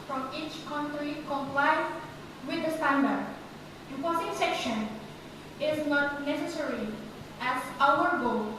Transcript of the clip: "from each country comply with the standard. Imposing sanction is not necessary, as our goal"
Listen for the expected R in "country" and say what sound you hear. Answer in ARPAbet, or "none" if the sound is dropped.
R